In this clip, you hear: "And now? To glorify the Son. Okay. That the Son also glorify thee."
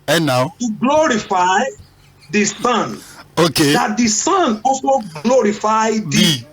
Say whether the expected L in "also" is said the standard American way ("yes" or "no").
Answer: no